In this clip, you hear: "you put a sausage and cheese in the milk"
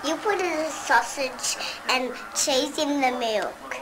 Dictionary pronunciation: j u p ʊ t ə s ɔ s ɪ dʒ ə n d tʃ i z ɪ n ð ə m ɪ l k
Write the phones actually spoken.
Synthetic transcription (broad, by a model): j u p ʊ t ə s ɔ s ɪ dʒ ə n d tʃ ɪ s ɪ n ð ə m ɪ l k